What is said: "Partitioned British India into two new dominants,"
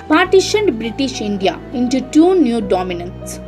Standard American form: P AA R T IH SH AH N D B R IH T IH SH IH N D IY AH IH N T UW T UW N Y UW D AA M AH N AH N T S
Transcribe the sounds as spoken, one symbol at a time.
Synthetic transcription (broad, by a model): P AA R T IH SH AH N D B R IH T IH SH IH N D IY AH IH N T UW T UW N Y UW D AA M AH N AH N T S